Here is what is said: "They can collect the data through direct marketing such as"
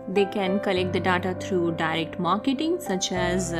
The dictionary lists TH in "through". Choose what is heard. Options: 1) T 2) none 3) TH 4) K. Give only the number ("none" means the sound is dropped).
1